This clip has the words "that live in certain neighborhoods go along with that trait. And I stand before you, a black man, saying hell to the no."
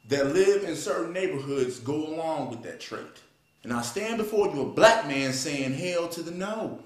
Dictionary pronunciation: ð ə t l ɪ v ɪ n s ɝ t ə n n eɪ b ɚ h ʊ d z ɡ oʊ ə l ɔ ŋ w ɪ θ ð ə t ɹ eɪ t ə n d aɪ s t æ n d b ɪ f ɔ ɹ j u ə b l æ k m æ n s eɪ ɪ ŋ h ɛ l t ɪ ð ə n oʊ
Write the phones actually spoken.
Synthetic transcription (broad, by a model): ð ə t l ɪ v ɪ n s ɝ t n n eɪ b ɚ h ʊ d z ɡ oʊ ə l ɔ ŋ w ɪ ð ə t ɹ eɪ t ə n aɪ s t æ n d b ɪ f ɔ ɹ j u ə b l æ k m æ n s eɪ ɪ ŋ h ɛ l t ɪ ð ə n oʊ